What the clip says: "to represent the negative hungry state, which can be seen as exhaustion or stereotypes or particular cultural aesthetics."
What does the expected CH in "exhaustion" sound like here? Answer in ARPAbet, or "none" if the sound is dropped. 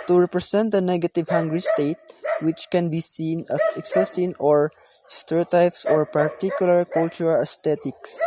none